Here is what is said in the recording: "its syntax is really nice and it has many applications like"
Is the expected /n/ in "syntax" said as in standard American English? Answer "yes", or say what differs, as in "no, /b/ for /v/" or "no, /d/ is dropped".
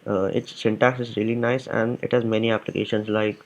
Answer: yes